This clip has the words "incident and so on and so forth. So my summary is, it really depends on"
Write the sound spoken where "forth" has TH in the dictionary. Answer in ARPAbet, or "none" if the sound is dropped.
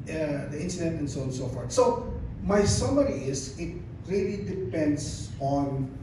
T